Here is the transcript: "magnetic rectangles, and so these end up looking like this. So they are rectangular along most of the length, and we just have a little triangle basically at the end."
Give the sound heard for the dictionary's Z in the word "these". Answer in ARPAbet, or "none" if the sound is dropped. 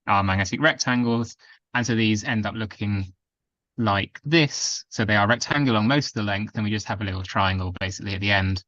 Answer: Z